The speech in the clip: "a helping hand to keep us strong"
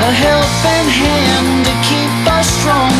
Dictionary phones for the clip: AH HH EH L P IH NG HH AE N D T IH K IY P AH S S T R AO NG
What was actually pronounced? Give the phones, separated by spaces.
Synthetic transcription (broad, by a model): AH HH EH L F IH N HH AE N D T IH K IY P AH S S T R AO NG